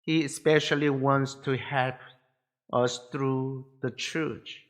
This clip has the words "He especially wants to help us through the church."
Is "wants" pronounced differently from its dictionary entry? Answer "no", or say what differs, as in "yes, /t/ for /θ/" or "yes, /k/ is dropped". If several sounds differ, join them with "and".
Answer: no